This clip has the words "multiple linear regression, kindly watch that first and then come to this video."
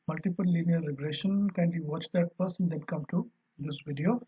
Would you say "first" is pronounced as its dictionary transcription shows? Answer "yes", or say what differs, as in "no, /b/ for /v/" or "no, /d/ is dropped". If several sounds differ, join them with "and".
no, /p/ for /f/ and /t/ is dropped